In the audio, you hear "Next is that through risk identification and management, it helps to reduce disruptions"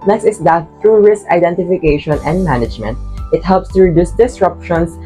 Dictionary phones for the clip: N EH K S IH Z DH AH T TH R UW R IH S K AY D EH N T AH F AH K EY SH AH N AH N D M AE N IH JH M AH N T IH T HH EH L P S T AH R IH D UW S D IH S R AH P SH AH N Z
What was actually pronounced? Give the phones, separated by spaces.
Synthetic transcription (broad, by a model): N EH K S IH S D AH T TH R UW R IH S K AY D EH N T AH F AH K EY SH AH N AH N D M AE N IH JH M AH N T IH T HH EH L P S T AH R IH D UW S D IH S R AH P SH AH N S